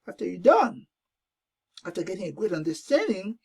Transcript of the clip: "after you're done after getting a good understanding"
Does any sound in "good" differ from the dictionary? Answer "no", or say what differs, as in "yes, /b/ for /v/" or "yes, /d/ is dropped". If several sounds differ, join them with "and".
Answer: no